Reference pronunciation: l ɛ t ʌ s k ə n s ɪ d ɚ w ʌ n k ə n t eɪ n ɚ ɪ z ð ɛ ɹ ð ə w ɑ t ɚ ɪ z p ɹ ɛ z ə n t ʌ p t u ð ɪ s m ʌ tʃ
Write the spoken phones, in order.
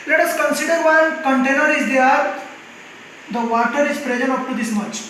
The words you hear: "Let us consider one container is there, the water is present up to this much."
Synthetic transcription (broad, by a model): l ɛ t ʌ s k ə n s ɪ d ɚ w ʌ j k ə n t eɪ n ɚ ɪ z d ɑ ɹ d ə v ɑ t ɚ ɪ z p ɹ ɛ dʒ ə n ʌ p t u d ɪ s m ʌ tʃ